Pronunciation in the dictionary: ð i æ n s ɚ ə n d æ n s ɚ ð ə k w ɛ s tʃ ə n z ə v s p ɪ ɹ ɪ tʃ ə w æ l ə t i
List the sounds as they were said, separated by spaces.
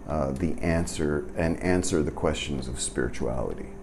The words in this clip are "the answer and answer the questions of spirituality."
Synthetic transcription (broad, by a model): ð i æ n s ɚ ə n æ n s ɚ ð ə k w ɛ s tʃ ə n z ə v s p ɪ ɹ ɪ tʃ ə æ l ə t i